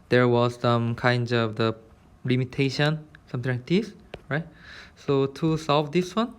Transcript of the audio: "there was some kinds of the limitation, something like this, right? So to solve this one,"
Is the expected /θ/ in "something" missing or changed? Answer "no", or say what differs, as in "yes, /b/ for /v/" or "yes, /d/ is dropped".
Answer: yes, /t/ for /θ/